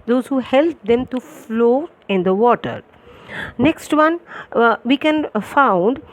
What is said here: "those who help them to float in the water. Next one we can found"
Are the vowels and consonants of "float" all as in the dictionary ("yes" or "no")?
no